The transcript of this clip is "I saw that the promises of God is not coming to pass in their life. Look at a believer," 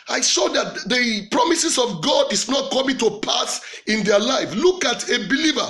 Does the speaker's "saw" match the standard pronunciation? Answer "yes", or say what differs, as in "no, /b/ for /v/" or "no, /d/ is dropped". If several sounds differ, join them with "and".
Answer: no, /ʃ/ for /s/